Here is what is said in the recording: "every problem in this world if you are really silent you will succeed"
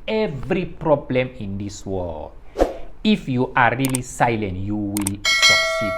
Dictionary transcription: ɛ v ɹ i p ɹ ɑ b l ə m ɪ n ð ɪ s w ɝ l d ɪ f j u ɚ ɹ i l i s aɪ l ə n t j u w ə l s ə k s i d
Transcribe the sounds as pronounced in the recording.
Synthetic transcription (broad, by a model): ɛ v ɹ i p ɹ ɑ b l ə m ɪ n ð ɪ s w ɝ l ɪ f j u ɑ ɹ i l i s aɪ l ə n t j u w ə l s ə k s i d